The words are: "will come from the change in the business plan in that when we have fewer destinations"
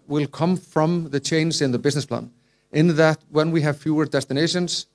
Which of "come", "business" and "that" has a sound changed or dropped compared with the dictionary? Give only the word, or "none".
none